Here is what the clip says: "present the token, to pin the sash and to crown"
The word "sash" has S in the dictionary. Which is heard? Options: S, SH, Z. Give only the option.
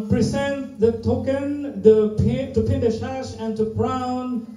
SH